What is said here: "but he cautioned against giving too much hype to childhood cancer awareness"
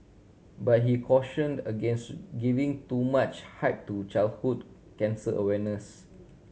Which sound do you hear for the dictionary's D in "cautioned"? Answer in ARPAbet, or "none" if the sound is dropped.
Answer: D